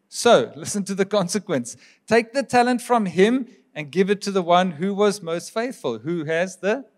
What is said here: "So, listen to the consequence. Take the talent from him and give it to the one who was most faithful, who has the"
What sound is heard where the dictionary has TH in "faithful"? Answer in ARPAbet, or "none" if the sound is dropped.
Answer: TH